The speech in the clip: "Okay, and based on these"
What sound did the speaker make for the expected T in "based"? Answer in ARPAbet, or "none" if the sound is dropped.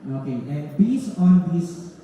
none